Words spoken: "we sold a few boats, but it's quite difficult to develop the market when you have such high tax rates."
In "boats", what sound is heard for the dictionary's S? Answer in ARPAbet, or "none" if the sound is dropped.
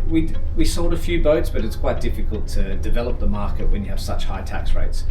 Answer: S